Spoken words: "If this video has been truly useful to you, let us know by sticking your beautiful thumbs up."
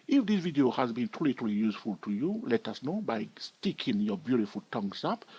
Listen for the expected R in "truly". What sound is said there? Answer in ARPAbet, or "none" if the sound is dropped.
L